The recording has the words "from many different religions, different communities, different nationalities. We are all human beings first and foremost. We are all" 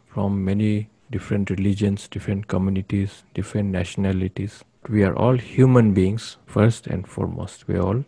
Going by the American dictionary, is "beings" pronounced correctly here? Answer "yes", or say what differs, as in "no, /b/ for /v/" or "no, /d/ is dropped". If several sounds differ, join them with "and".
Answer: no, /s/ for /z/